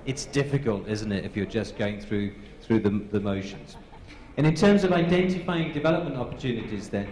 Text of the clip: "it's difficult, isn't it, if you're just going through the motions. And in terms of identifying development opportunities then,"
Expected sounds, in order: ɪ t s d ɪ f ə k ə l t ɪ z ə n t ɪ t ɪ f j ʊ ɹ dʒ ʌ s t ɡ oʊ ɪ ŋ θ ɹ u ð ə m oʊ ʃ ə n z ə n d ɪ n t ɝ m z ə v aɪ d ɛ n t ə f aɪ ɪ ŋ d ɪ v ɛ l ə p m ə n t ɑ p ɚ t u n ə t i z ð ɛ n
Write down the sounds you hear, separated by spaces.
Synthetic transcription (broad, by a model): ɪ t s d ɪ f ə k ə l t ɪ z n t ɪ t ɪ f j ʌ ɹ dʒ ʌ s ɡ oʊ ɪ ŋ θ ɹ u ð ə m oʊ ʃ ə n z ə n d ɪ n t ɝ m z ə v aɪ d ɛ n t ə f aɪ ɪ ŋ d ɪ v ɛ l ə p m ə n t ɑ p ɚ t u n ə t i z ð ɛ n